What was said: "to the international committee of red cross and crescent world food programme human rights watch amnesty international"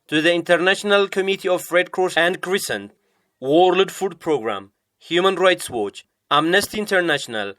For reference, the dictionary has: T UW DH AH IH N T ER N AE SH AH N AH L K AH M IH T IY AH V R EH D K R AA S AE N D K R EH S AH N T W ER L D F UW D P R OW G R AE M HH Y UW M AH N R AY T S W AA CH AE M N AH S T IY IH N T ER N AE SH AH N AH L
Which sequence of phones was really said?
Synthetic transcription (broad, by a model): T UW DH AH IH N T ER N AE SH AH N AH L K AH M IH T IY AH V R EH D K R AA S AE N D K R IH S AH N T W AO L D F UW D P R OW G R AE M HH Y UW M AH N R AY T S W AA CH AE M N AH S T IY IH N T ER N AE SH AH N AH L